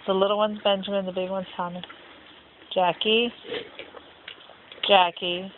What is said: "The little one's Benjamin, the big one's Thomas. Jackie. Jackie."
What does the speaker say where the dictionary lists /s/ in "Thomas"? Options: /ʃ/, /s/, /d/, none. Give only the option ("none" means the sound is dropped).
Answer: none